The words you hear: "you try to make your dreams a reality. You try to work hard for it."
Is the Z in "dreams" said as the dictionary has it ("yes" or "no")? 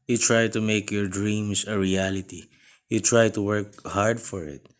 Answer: no